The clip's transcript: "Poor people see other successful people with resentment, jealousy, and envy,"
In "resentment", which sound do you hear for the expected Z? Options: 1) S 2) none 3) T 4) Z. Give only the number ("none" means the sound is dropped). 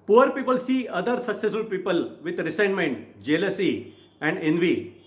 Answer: 1